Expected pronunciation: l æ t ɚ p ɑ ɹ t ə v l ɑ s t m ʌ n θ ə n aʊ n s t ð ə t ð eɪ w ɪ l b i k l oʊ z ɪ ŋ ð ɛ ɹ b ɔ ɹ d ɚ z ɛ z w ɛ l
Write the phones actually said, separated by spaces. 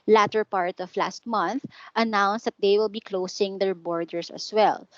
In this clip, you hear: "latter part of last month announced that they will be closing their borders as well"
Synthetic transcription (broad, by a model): l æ t ɚ p ɑ ɹ t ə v l ɑ s t m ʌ n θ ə n aʊ n s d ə t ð eɪ w ɪ l b i k l oʊ s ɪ ŋ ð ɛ ɹ b ɔ ɹ d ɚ s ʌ s w ɛ l